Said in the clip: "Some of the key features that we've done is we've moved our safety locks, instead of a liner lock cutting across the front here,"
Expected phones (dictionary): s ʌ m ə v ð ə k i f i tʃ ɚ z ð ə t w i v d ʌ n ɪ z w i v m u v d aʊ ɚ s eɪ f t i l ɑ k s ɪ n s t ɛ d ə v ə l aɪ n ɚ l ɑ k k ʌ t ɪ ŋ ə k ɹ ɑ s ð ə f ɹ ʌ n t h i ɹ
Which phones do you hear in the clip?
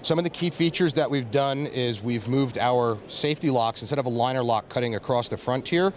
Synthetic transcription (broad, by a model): s ʌ m ə v ð ə k i f i tʃ ɚ z ð ə t w i v d ʌ n ɪ z w i v m u v d aʊ ɚ s eɪ f t i l ɑ k s n s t ɛ d ə v ə l aɪ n ɚ l ɑ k k ʌ t ɪ ŋ ə k ɹ ɑ s ð ə f ɹ ʌ n t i ɹ